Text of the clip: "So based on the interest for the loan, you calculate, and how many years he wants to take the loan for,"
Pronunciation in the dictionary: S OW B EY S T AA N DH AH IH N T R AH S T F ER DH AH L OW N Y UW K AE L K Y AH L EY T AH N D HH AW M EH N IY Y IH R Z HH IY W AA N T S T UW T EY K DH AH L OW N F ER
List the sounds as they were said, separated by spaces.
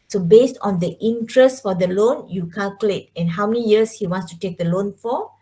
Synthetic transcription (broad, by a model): S OW B EY S T AA N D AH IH N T R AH S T F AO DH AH L OW N Y UW K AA L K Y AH L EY T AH N HH AW M EH N IY Y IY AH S HH IY W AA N S T UW T EY K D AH L OW N F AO